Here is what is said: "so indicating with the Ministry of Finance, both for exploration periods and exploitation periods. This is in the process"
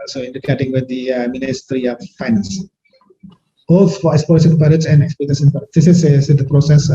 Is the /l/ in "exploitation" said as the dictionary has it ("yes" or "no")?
no